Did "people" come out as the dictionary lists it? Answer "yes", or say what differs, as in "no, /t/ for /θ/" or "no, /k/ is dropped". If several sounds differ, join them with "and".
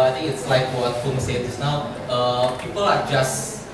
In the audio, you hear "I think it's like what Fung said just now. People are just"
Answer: yes